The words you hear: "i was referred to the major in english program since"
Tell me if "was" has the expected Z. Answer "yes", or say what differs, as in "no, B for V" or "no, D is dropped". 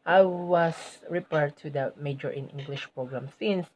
no, S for Z